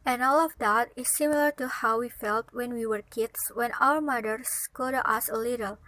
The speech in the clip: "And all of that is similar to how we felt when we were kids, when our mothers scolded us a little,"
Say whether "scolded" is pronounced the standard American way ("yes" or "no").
no